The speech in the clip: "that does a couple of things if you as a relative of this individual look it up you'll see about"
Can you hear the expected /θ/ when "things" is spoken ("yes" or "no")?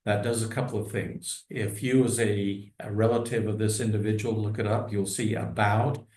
yes